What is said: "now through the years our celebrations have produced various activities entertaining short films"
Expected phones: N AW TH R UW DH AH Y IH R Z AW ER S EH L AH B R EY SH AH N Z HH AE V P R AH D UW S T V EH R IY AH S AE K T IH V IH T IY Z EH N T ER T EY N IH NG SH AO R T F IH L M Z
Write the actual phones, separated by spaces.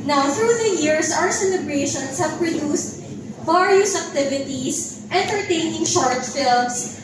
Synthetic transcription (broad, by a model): N AW TH R UW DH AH Y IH R S AW ER S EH L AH B R EY SH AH N S HH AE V P R AH D UW S T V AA R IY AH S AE K T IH V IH T IY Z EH N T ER T EY N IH NG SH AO R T F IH L M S